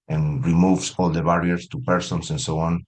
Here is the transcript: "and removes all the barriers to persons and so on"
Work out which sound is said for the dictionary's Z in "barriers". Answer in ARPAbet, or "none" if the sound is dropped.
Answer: S